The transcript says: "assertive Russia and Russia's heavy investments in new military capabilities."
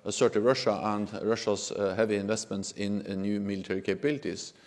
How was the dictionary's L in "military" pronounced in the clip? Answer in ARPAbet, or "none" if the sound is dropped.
L